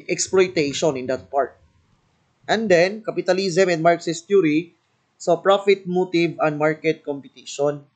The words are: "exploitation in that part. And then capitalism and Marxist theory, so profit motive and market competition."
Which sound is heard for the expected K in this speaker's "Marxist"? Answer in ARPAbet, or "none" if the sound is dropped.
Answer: K